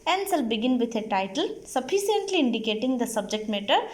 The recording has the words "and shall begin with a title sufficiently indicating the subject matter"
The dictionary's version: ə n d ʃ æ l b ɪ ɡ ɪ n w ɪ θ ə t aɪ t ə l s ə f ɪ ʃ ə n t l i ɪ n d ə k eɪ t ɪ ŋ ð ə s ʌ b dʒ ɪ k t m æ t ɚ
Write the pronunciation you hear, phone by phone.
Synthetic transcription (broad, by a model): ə n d s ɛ l b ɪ ɡ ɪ n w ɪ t ə t aɪ t ə l s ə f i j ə n t l i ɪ n d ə k eɪ t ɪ ŋ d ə s ʌ b dʒ ɪ k t m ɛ t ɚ